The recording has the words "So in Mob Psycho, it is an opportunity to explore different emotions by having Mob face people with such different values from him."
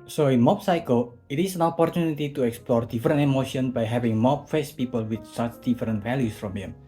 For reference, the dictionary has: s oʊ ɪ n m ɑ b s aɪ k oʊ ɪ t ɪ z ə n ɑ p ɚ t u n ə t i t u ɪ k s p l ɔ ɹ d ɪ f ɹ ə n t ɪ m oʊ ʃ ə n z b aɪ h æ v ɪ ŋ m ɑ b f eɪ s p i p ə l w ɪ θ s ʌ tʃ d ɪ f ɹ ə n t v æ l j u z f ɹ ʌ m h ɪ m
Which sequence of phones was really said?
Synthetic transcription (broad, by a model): s oʊ ɪ n m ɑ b s aɪ k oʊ ɪ t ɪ s ə n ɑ p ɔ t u n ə t i t u ɪ k s p l ɔ ɹ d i f ɹ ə n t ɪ m oʊ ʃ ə n b aɪ h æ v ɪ ŋ m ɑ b f eɪ s p i p ə l w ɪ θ s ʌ tʃ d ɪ f ɹ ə n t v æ l j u s f ɹ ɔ m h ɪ m